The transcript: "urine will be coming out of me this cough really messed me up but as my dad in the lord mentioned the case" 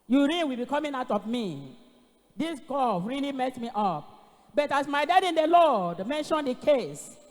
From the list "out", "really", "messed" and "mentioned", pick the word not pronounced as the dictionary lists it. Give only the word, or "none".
messed